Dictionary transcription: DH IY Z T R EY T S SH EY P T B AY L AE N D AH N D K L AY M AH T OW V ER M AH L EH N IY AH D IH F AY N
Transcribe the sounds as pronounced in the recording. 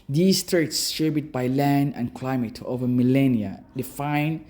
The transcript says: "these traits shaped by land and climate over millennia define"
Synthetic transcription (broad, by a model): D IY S T R EY T S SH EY B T B AY L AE N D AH N K L AY M AH T OW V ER M AH L EH N IY AH D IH F AY N